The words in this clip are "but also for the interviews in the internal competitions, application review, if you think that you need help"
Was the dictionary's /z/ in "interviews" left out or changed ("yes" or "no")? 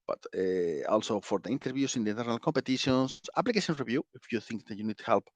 yes